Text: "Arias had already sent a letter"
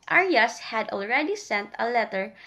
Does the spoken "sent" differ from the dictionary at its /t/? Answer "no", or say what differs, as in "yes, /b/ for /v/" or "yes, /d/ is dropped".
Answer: no